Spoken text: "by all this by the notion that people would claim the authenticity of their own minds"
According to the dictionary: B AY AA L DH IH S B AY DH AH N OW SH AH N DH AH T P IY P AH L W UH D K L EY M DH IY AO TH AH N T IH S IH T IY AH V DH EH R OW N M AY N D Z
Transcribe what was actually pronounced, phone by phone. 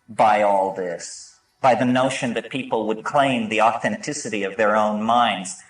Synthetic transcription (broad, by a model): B AY AA L DH IH S B AY DH AH N OW SH AH N DH AH T P IY P L W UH D K L EY M DH IY AO TH AH N T IH S IH T IY AH V DH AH R OW N M AY N D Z